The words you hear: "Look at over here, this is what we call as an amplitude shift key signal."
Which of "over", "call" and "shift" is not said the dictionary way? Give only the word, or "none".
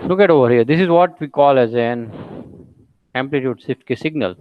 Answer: shift